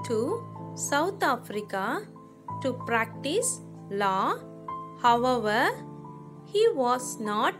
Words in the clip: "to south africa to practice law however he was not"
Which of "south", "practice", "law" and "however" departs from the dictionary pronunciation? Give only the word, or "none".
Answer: south